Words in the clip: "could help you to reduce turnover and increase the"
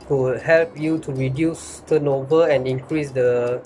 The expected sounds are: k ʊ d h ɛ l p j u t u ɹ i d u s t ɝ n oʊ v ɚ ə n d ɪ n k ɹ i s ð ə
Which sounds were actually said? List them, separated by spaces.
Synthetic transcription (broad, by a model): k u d h ɛ l p j u t u ɹ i d u s t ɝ n oʊ v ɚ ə n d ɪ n k ɹ i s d ə